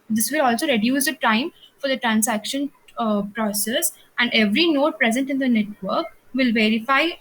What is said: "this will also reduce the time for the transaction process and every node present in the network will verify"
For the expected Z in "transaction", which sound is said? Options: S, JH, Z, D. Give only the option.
S